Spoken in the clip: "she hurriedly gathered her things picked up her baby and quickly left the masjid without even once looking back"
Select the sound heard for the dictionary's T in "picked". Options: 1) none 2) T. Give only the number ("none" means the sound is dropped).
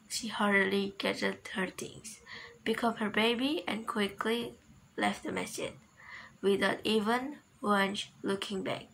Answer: 1